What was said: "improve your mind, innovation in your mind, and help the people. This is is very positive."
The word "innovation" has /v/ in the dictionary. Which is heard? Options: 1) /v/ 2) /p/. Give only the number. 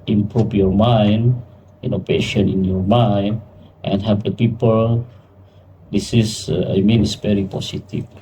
2